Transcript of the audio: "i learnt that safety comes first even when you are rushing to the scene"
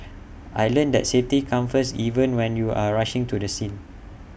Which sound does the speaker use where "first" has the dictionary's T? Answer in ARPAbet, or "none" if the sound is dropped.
none